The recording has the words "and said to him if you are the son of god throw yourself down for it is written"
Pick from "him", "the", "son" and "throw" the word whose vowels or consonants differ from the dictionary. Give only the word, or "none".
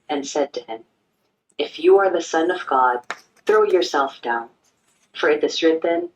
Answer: none